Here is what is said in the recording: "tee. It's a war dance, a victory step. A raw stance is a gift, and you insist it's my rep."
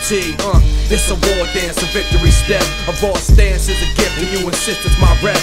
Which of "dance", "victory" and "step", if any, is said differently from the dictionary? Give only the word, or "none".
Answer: step